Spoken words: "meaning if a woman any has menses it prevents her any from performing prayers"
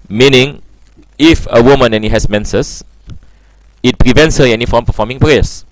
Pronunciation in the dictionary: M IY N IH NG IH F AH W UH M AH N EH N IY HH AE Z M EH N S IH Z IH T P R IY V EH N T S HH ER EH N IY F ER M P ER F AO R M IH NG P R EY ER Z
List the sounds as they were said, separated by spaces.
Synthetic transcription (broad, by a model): M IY N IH NG IH F AH W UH M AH N EH N IY HH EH S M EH N S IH S IH T P R IY V EH N T S HH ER EH N IY F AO M P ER F AO M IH NG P R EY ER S